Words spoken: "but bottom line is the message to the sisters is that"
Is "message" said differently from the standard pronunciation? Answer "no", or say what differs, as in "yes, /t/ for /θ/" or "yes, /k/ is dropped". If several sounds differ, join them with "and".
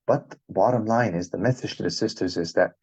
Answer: yes, /θ/ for /s/